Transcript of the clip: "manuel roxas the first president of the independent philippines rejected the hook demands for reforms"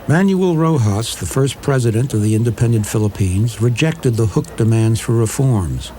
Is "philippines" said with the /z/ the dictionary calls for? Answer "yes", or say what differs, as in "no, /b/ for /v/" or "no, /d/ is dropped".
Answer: yes